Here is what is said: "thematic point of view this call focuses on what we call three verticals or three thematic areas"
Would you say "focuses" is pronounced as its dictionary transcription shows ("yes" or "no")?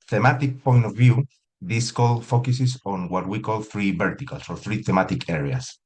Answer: no